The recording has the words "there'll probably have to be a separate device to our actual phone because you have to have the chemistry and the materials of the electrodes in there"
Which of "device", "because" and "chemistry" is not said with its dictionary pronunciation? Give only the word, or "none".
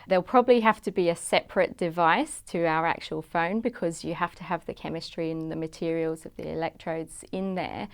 none